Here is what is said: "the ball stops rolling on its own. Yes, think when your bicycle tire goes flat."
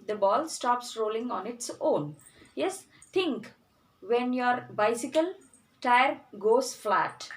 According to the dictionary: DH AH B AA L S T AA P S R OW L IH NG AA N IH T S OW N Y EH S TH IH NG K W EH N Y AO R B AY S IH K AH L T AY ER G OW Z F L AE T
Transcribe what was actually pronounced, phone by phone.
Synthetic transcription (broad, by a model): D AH B AA L S T AA P S R OW L IH NG AA N IH T S OW N Y EH S T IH NG K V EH N Y AO R B AY S IH K AH L T AY ER G OW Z F L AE T